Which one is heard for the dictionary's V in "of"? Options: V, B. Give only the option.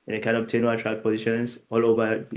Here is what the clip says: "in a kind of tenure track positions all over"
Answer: B